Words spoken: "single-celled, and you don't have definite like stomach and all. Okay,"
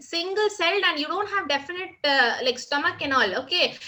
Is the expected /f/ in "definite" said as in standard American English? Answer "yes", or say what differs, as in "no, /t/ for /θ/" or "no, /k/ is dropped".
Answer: yes